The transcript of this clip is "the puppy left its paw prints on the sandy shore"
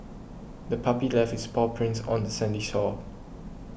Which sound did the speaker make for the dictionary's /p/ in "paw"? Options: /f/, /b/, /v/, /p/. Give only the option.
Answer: /p/